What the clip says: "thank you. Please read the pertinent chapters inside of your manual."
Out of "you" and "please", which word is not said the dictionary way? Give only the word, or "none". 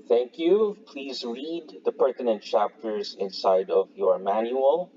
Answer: none